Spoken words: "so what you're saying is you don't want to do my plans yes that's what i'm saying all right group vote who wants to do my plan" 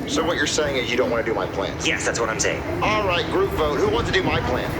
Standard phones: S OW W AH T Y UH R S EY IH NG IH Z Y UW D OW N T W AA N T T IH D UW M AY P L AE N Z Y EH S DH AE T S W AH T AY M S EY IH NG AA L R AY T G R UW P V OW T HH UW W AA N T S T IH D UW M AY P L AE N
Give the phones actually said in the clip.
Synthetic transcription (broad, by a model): S OW W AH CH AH R S EY IH NG IH Z Y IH D OW N T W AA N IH D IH M AY P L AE N Y EH S DH AE T S W AH T AY M S EY IH NG AA L R AY T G R UW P V OW T HH UW W AA N T S T IH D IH M AY P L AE N